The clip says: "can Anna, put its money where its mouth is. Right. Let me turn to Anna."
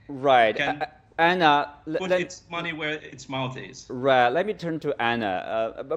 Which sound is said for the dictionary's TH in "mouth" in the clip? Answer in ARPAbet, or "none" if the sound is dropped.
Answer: T